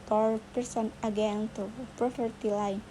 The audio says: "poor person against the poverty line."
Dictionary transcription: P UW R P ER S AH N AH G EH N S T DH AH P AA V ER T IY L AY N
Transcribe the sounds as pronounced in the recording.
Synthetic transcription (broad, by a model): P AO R P ER S AH N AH G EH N T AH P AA F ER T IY L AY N